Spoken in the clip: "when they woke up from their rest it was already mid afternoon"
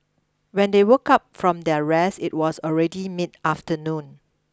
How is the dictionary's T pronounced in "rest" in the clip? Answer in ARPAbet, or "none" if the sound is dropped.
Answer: none